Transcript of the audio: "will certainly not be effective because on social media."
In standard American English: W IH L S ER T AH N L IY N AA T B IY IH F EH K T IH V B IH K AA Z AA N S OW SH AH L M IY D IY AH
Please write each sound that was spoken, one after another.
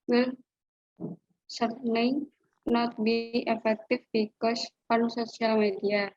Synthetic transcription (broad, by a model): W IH L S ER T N IY N AA T B IY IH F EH K T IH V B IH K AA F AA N S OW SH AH L M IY D IY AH